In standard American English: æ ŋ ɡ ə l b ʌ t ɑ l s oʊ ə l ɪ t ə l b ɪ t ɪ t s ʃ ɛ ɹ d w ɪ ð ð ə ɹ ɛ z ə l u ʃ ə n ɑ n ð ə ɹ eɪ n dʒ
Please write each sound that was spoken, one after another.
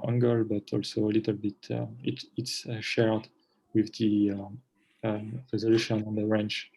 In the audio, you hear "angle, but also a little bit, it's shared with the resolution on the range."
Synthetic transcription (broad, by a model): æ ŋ ɡ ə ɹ b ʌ t ɑ l s oʊ ə l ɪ t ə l b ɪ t ɪ t s ʃ ɛ ɹ d w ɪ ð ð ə ɹ ɛ z ə l u ʃ ə n ɑ n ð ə ɹ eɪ n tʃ